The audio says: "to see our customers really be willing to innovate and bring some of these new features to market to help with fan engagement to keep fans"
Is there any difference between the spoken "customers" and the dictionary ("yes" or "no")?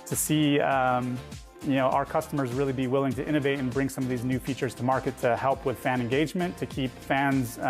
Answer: no